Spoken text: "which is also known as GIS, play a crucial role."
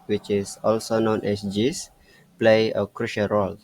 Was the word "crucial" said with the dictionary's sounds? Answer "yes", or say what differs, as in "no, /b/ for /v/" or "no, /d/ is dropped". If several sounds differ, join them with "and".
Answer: yes